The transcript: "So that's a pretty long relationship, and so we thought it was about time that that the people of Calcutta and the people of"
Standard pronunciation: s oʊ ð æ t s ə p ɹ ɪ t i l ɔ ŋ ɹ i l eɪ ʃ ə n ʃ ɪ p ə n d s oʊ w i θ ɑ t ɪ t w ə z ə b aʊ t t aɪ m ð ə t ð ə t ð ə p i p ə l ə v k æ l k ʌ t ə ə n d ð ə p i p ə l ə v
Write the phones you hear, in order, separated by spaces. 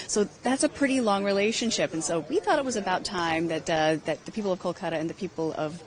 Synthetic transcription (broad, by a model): s oʊ ð æ t s ə p ɹ ɪ t i l ɔ ŋ ɹ i l eɪ ʃ ə n ʃ ɪ p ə n s oʊ w i θ ɑ t ɪ t w ə z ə b aʊ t t aɪ m ð ə t ð ə t ð ə p i p l ə v k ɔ l k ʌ t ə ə n ð ə p i p l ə v